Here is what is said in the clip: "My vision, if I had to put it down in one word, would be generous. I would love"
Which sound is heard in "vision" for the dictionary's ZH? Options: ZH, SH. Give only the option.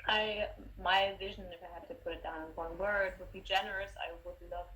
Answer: ZH